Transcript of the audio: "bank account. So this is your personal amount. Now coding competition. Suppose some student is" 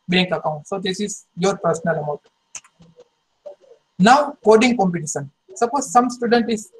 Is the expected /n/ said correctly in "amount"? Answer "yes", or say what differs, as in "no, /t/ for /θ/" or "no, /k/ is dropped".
no, /n/ is dropped